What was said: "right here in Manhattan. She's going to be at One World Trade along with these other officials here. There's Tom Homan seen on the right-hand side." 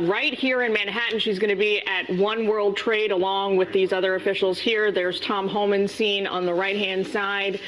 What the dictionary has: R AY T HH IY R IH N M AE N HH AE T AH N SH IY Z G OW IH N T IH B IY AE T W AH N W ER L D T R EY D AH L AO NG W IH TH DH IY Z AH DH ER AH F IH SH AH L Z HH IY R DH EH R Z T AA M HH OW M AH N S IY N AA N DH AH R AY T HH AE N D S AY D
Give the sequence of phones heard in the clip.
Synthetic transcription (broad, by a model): R AY T HH IY R IH N M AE N HH AE T N SH IY Z G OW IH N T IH B IY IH T W AH N W ER L D T R EY D AH L AO NG W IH DH IY Z AH DH ER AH F IH SH L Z HH IY R DH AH R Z T AA M HH OW M AH N S IY N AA N DH AH R AY T HH AE N D S AY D